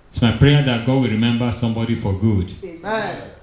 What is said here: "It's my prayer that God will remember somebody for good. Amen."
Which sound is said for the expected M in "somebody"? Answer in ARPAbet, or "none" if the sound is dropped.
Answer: M